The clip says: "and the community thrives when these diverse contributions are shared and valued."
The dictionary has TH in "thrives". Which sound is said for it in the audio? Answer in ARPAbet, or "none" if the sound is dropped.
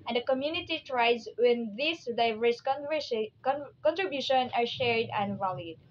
T